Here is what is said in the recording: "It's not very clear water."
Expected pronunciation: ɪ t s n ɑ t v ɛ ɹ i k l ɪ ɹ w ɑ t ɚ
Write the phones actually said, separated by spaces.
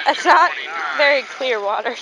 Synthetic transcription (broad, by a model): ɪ t s n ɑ t v ɛ ɹ i k l ɪ ɹ w ɑ t ɚ